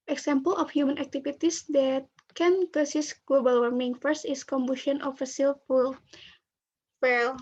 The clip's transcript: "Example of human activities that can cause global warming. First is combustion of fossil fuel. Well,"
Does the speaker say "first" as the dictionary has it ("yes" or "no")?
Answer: yes